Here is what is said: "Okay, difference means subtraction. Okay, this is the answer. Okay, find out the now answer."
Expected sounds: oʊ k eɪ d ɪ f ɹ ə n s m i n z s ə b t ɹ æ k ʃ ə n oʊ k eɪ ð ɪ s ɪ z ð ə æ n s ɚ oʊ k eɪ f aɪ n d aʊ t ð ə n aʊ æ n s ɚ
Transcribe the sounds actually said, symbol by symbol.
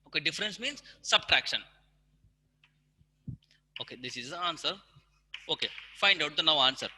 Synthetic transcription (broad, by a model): oʊ k eɪ d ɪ f ɹ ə n s m i n z s ə b t ɹ æ k ʃ ə n oʊ k eɪ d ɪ s ɪ z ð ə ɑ n s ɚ oʊ k eɪ f aɪ n d aʊ t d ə n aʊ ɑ n s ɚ